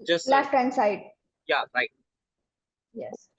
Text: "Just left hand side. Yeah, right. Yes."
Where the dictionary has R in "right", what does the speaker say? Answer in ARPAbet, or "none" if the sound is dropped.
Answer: R